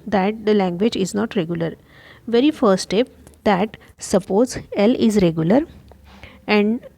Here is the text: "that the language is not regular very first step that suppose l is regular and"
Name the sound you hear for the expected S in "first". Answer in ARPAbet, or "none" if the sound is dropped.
none